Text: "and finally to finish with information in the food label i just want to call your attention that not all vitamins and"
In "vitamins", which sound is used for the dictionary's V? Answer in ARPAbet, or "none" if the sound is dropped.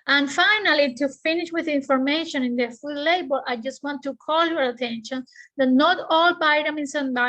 B